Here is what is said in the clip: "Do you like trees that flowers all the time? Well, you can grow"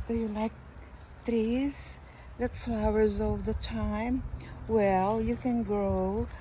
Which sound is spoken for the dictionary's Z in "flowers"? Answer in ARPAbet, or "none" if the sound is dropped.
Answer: Z